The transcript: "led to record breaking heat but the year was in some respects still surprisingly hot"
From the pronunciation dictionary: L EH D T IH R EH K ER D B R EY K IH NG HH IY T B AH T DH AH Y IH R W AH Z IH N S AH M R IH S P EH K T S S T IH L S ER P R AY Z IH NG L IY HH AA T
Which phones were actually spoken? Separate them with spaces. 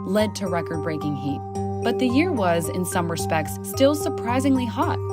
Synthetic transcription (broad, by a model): L EH D T IH R EH K ER D B R EY K IH NG HH IY T B AH T DH AH Y IH R W AH Z IH N S AH M R IH S P EH K T S S T IH L S ER P R AY Z IH NG L IY HH AA T